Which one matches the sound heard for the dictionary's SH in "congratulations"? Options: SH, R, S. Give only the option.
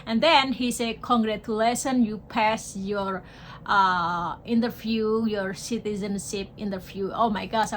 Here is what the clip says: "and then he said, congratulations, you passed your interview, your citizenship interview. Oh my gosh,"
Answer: S